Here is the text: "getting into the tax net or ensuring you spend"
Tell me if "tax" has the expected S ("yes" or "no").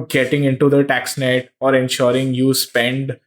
yes